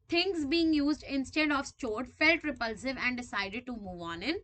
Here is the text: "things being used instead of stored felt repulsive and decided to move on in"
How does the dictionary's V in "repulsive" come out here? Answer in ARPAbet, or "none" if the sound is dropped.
V